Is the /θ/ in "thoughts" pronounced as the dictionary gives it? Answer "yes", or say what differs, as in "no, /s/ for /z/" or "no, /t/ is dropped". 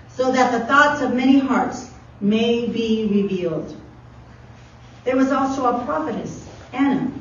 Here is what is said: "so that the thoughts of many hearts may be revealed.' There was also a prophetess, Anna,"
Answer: yes